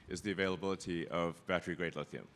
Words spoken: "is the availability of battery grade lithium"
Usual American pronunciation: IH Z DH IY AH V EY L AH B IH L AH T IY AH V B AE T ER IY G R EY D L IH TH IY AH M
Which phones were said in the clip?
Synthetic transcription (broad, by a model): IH Z DH IY AH V EY L AH B IH L AH T IY AH V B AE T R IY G R EY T L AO TH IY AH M